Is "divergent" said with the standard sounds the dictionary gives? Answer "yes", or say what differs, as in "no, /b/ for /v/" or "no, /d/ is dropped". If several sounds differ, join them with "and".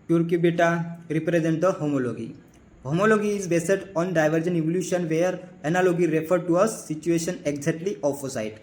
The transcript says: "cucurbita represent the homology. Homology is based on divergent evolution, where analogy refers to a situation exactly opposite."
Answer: no, /t/ is dropped